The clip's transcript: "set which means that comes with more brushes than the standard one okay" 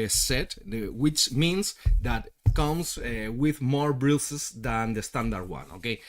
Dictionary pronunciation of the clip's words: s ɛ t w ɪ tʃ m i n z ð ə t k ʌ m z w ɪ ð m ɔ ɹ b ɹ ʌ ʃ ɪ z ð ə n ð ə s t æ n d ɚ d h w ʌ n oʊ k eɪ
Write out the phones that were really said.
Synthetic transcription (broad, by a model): s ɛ t w ɪ tʃ m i n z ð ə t k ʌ m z w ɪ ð m ɔ ɹ b ɹ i s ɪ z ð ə n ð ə s t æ n d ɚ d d w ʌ n oʊ k eɪ